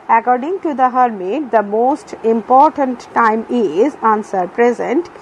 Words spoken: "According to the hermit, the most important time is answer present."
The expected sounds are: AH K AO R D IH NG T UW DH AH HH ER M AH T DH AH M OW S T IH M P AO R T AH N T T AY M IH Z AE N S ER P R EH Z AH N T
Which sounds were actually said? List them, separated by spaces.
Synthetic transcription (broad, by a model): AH K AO R D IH NG T UW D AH HH ER M AH T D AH M OW S T IH M P AO R T AH N T T AY M IH Z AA N S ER P R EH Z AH N T